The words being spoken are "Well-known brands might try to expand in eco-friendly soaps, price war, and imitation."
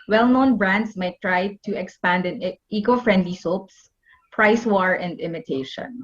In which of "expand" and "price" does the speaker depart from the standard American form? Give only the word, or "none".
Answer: none